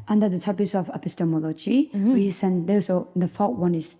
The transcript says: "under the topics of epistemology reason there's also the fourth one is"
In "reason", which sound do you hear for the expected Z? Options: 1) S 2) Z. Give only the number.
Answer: 1